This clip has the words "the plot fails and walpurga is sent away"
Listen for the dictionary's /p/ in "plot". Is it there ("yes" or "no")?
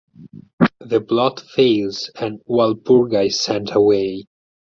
no